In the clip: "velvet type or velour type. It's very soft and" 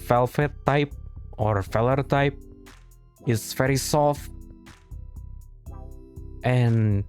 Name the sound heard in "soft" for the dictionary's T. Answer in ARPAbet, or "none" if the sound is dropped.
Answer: T